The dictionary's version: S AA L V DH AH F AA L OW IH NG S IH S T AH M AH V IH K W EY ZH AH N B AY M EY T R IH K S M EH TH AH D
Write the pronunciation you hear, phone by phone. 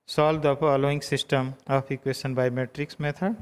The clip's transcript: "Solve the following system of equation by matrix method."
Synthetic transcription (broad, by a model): S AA L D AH P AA L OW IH NG S IH S T AH M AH P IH K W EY SH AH N B AY M EY T R IH K S M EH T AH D